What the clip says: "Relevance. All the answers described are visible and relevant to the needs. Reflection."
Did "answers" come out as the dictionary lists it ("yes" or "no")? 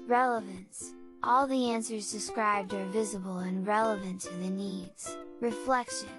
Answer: yes